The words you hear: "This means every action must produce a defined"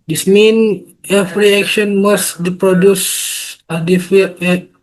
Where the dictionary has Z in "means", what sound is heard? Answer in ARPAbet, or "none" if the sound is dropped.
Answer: none